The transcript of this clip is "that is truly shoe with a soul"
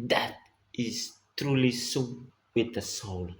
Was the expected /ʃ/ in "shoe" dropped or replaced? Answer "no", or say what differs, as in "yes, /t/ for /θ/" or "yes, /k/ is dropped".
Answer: yes, /s/ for /ʃ/